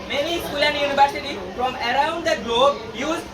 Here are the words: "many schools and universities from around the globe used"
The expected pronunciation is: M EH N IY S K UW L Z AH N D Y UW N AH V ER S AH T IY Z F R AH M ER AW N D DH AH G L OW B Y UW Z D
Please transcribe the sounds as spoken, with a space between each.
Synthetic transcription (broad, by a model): M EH N IY S K UW L AH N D Y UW N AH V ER S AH T IY F R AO M ER AW N D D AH G L OW B Y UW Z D